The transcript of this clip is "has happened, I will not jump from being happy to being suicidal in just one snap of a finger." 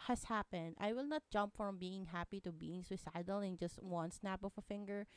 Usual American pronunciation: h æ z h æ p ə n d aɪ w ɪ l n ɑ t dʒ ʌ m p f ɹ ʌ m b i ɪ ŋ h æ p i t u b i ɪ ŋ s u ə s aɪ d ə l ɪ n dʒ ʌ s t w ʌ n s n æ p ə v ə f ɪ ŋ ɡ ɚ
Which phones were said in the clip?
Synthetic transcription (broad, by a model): h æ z h æ p ə n d aɪ w ɪ l n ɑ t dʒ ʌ m p f ɹ ʌ m b i ɪ ŋ h æ p i t u b i ɪ ŋ s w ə s aɪ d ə l ɪ n dʒ ʌ s t w ʌ n s n æ p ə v ə f ɪ ŋ ɡ ɚ